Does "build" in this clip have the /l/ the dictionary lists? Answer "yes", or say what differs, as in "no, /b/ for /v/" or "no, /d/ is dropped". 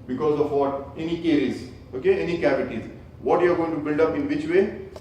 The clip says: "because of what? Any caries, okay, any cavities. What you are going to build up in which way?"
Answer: yes